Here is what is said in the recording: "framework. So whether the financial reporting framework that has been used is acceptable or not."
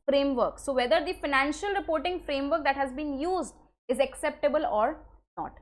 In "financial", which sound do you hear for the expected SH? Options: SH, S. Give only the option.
SH